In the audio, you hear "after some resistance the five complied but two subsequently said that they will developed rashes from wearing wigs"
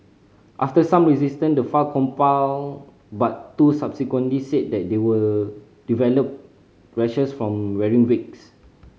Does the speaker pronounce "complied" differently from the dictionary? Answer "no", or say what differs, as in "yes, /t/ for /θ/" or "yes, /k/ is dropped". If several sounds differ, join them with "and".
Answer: yes, /l/ is dropped